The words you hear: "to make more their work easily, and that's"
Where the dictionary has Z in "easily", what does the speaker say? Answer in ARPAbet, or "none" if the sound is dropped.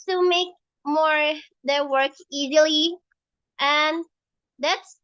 Z